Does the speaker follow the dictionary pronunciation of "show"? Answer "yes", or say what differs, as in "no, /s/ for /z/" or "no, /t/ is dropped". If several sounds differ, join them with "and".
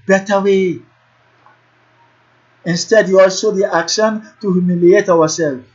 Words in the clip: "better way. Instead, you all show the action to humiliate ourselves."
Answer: no, /s/ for /ʃ/